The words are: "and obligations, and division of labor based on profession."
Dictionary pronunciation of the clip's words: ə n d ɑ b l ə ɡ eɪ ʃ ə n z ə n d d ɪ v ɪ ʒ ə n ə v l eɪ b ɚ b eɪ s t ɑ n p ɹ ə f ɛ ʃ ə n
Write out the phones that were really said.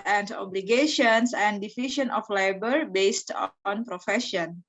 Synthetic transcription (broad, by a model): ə n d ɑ b l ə ɡ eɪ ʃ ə n s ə n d d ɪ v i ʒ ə n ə f l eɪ b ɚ b eɪ s t ɑ n p ɹ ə f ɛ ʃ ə n